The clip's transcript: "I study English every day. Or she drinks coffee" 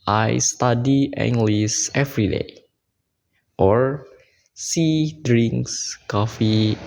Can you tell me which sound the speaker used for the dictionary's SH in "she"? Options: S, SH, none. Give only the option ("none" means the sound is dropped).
S